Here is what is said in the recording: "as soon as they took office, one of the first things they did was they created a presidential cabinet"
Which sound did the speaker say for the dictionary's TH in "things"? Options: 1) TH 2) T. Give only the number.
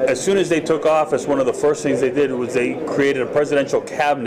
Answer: 1